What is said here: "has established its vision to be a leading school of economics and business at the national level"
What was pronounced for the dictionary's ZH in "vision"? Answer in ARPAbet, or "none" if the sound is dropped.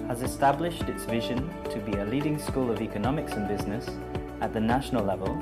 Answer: ZH